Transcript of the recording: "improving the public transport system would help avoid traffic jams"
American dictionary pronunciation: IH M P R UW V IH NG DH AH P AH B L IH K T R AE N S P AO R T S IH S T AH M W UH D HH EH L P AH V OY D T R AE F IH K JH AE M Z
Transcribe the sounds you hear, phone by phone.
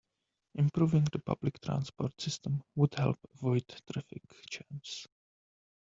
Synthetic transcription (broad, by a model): IH M P R UW V IH NG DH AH P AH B L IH K T R AE N S P AO R T S IH S T AH M W UH D HH EH L P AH V OY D T R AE F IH K CH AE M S